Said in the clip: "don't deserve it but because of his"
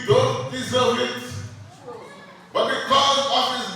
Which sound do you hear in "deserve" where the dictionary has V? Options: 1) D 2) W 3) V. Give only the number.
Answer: 2